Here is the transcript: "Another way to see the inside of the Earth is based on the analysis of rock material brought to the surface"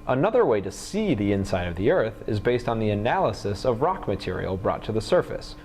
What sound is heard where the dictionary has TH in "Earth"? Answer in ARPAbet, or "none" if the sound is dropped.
TH